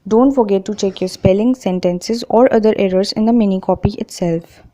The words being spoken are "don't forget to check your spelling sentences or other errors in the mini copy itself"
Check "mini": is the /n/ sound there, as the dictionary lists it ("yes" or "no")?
yes